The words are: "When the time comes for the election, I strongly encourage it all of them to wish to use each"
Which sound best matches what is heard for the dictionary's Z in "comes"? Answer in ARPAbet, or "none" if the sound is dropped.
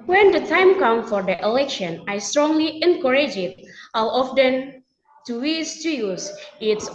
none